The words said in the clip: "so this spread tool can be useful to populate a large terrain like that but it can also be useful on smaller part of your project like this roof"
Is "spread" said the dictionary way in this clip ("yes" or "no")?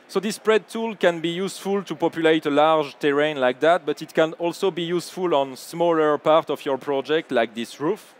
yes